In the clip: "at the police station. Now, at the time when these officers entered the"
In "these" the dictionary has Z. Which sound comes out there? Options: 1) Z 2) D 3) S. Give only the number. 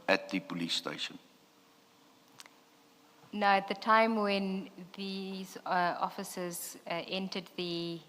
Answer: 1